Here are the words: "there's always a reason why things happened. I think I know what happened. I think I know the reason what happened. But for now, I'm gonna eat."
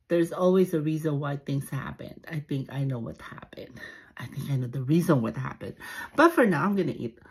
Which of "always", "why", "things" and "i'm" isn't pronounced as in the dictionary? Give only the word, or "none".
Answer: none